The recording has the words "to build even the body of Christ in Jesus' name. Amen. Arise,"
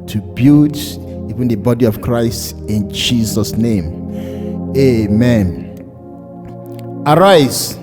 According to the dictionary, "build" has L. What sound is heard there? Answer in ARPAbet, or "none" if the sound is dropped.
none